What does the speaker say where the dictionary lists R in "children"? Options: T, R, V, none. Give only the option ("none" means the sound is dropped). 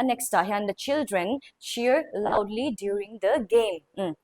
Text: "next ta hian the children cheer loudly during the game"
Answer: R